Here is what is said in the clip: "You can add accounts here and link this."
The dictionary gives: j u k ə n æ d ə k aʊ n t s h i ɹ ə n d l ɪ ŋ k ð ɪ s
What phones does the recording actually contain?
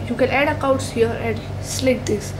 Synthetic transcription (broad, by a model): j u k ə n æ d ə k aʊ t s h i ɹ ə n d l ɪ k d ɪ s